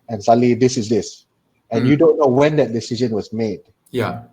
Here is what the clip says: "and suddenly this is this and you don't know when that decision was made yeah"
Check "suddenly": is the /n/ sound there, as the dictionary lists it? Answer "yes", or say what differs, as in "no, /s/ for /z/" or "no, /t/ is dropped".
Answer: no, /n/ is dropped